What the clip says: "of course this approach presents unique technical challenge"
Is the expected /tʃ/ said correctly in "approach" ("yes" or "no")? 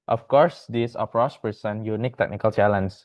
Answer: no